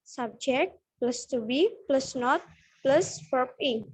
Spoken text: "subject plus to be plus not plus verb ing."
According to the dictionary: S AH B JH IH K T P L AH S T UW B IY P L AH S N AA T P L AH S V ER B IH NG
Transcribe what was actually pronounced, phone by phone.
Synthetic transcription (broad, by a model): S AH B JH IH K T P L AH S T UW B IY P L AH S N AA T P L AH S P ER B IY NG